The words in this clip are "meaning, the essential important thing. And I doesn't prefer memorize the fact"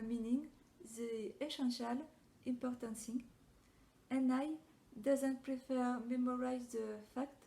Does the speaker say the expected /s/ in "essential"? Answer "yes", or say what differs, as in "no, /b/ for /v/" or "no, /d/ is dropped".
no, /ʃ/ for /s/